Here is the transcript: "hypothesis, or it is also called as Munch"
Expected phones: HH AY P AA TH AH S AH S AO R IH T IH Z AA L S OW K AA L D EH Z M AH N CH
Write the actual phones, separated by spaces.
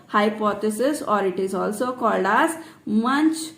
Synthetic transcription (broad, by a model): HH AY P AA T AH S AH S AO R IH T IH Z AA L S OW K AA L D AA S M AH N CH